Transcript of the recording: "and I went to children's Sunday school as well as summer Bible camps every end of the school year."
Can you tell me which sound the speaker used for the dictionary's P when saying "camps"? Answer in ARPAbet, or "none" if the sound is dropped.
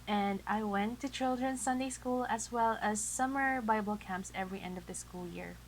P